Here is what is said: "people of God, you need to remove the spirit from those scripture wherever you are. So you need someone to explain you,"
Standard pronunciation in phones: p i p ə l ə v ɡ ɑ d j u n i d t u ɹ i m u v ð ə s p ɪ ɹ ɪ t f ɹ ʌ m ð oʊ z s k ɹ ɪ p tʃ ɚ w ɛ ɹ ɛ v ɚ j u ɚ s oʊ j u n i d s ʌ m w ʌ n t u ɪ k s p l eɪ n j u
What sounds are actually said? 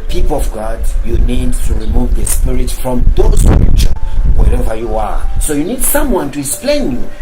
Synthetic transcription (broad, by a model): p i p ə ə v ɡ ɑ d j u n i d t u ɹ i m u v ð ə s p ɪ ɹ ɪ t f ɹ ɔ m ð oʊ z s ɹ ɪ tʃ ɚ w ɛ ɹ ɛ v ɚ j u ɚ s oʊ j u n i d s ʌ m w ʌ n t u ɪ k s p l eɪ n j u